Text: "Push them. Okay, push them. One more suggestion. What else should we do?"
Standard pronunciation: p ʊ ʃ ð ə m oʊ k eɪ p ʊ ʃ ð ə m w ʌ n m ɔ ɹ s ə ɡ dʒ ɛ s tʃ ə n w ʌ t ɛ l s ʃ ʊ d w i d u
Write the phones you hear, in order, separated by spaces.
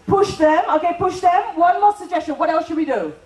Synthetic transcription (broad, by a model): p ʊ ʃ ð ə m oʊ k eɪ p ʊ ʃ ð ə m w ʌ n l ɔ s s ə ɡ dʒ ɛ s tʃ ə n w ʌ t ɛ l s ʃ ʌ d w i d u